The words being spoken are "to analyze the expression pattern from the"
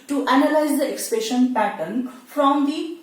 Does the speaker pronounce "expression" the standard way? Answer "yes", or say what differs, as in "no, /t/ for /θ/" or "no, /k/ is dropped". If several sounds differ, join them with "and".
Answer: no, /ɹ/ is dropped